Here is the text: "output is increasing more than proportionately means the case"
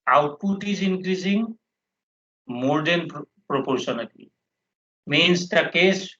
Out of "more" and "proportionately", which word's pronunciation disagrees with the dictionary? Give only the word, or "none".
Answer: proportionately